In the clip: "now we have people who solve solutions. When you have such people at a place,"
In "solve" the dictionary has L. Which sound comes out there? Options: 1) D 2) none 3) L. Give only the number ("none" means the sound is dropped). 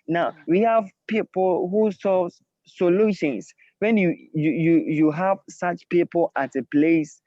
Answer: 2